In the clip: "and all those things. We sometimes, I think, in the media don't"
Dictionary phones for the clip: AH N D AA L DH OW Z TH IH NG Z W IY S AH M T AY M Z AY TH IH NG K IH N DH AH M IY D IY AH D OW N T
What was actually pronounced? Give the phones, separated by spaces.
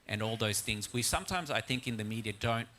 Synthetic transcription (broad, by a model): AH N AA L DH OW Z TH IH NG Z W IY S AH M T AY M Z AY TH IH NG K IH N DH AH M IY D IY AH D OW N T